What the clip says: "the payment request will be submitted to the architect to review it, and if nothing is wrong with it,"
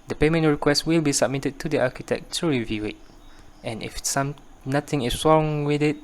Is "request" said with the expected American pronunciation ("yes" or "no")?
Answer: yes